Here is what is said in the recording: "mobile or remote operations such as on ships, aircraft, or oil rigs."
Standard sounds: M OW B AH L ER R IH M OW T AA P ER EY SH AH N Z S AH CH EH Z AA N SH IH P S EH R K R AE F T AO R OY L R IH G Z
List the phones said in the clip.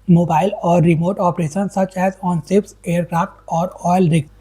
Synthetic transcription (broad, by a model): M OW B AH L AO R IH M OW T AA P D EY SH AH N S AH CH EH Z AA N S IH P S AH R K R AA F T AO R OY L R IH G